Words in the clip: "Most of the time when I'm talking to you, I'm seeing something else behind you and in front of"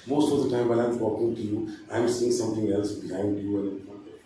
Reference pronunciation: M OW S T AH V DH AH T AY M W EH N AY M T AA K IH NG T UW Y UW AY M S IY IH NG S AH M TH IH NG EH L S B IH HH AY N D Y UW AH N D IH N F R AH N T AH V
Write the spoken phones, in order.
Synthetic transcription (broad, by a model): M OW S T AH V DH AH T AY M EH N AY M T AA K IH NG T UW Y UW AY M S IY IH NG S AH M T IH NG EH L S B IH HH AY N D Y UW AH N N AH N AH